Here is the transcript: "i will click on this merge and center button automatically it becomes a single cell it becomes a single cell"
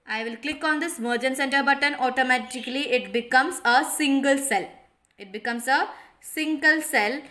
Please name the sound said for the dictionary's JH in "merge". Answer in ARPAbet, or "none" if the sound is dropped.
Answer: JH